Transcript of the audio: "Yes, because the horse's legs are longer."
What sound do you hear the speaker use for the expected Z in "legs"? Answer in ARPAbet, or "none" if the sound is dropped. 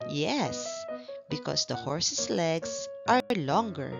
S